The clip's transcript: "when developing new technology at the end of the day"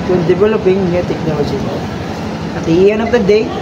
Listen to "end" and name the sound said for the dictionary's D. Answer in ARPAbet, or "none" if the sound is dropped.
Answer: none